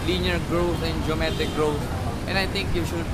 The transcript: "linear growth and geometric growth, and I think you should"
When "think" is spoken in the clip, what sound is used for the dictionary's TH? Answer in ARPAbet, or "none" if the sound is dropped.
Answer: T